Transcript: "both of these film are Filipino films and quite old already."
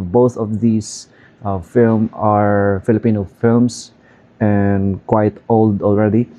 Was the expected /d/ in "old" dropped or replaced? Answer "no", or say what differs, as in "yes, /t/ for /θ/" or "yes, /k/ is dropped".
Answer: no